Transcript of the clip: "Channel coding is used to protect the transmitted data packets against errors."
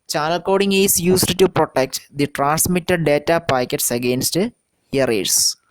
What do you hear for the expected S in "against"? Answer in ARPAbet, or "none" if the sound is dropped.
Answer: S